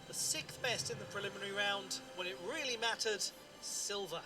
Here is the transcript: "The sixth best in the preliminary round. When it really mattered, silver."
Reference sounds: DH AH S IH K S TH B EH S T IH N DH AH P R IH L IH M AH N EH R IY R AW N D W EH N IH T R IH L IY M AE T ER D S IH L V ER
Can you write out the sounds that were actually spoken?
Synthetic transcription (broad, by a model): DH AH S IH K S TH B EH S T IH N DH AH P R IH L IH M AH N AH R IY R AW N D W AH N IH T R IH L IY M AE T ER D S IH L V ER